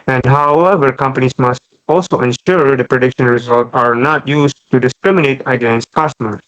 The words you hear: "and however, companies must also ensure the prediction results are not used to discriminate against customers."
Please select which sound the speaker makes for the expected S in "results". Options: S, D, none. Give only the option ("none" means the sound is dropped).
none